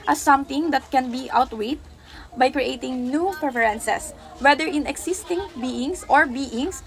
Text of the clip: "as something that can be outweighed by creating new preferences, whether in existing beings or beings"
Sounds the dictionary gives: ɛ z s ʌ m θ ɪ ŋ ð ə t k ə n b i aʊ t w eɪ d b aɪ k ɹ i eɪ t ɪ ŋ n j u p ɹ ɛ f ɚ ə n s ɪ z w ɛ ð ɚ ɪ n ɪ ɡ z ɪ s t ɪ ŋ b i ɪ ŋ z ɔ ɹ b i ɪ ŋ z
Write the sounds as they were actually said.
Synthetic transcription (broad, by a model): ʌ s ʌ m t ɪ ŋ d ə t k ə n b i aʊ t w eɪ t b aɪ k ɹ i eɪ t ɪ ŋ n j u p ɹ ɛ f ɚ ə n s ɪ s w ɛ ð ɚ ɪ n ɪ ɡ s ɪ s t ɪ ŋ b i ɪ ŋ s ɔ ɹ b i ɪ ŋ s